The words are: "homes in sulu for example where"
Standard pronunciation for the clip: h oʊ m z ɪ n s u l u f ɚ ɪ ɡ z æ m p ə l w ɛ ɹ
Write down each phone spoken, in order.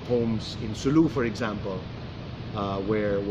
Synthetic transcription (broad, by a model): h oʊ m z ɪ n s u l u f ɚ ɪ ɡ z æ m p ə l w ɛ ɹ